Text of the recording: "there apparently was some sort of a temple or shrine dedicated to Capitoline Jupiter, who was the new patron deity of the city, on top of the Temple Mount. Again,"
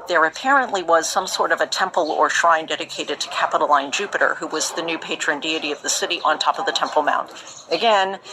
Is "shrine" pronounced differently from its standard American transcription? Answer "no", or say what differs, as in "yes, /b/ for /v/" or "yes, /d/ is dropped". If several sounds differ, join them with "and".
no